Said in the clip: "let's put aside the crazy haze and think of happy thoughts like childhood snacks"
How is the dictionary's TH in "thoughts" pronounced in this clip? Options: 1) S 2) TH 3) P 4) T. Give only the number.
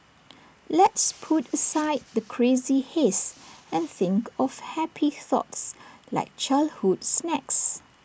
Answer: 2